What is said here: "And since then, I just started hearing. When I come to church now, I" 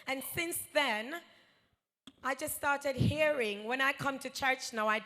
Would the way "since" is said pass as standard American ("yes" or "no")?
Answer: yes